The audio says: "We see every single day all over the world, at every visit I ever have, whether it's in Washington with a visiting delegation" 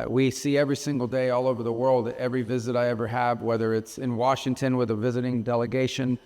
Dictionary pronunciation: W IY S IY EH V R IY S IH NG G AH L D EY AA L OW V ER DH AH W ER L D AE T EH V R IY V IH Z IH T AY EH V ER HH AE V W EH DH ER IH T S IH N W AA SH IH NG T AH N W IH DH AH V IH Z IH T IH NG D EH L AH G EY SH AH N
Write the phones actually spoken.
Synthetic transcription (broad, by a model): W IY S IY EH V R IY S IH NG G L D EY AA L OW V ER DH AH W ER L D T EH V R IY V IH Z IH T AY EH V ER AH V W EH DH ER IH T S IH N W AA SH IH NG T AH N W IH DH AH V IH Z IH T IH NG D EH L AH G EY SH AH N